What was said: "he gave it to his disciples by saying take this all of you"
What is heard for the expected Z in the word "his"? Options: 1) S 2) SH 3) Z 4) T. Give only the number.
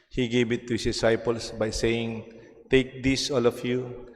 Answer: 1